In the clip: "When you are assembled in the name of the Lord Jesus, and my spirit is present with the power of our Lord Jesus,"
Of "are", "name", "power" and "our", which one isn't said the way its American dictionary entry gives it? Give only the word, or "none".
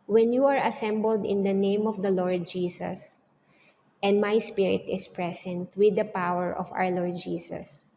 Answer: our